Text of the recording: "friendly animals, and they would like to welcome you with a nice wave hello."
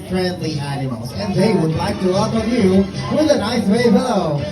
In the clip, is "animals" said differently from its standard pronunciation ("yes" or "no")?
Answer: yes